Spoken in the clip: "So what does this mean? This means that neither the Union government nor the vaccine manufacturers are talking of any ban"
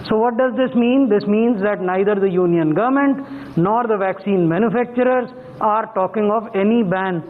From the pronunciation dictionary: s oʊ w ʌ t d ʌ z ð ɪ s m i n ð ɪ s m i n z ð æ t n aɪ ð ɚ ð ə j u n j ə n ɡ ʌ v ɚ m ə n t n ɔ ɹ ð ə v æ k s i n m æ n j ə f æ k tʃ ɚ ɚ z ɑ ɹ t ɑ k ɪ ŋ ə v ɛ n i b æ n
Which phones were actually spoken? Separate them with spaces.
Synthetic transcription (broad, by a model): s oʊ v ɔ t d ʌ z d ɪ s m i n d ɪ s m i n z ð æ t n aɪ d ɚ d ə j u n j ə n ɡ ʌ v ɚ m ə n t n ɔ ɹ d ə v æ k s i n m æ n j ə f æ k tʃ ɚ ɚ z ɑ ɹ t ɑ k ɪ ŋ ə v ɛ n i b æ n